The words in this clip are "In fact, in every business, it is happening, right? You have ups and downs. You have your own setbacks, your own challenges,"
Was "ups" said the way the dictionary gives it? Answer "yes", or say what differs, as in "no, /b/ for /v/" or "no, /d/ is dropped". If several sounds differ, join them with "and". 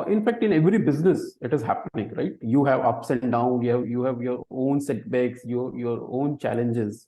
yes